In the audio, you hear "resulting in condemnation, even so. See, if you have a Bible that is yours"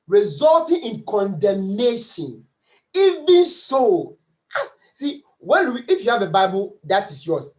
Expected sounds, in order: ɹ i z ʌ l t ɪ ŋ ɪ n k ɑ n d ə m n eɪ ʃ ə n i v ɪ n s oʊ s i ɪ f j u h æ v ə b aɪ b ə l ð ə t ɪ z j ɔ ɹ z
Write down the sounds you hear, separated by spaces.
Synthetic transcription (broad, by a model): ɹ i z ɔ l t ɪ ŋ ɪ n k ɑ n d ə m n eɪ ʃ ə n i v ɪ n s oʊ s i ɪ f j u h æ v ə b aɪ b ə l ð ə t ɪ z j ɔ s